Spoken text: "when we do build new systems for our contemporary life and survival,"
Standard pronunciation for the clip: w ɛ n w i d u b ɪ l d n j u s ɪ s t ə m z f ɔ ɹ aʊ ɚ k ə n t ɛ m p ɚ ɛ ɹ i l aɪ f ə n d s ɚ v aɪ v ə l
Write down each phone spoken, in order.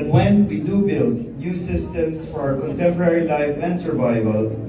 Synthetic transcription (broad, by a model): w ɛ n w i d u b ɪ l d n j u s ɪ s t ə m s f ɔ ɹ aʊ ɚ k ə n t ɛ m p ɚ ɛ ɹ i l aɪ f ə n d s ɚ v aɪ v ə l